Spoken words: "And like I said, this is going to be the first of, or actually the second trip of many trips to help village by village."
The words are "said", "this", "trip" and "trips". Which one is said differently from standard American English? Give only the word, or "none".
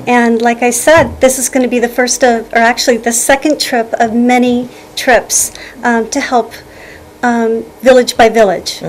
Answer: none